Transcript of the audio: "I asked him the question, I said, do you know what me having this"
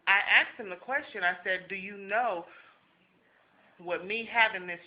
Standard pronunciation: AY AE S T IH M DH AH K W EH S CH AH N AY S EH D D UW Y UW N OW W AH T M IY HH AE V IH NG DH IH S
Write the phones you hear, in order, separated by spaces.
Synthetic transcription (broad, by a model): AY AE S T IH M DH AH K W EH S CH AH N AY S EH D D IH Y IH N OW W AH T M IY HH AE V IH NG DH IH S